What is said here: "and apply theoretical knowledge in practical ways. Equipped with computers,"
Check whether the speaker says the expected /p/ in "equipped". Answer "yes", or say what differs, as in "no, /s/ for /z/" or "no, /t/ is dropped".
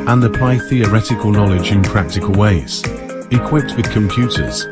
yes